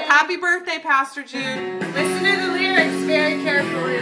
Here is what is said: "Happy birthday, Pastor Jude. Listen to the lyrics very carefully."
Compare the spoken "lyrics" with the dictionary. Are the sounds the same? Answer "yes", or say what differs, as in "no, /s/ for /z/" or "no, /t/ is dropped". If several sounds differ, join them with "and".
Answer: no, /w/ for /l/ and /k/ is dropped